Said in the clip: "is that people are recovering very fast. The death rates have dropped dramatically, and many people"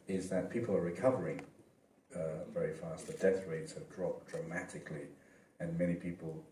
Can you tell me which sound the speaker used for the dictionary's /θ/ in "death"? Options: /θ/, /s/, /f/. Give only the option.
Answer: /θ/